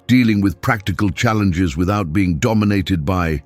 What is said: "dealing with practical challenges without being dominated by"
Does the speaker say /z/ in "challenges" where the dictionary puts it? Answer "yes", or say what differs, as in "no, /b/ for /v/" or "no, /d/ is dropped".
yes